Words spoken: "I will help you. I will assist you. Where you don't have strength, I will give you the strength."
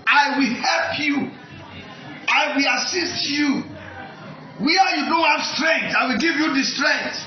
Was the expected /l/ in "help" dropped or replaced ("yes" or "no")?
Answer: no